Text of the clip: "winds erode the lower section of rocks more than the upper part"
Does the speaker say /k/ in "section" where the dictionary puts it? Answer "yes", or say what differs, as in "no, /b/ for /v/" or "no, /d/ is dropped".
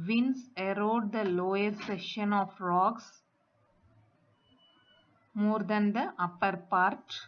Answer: no, /k/ is dropped